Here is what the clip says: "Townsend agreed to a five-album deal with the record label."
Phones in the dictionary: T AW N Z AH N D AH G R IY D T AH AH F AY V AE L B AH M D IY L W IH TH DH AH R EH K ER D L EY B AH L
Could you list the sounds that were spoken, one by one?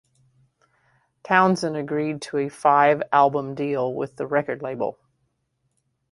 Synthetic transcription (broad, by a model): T AW N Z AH N AH G R IY D T AH AH F AY V AE L B AH M D IY L W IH DH AH R EH K ER D L EY B L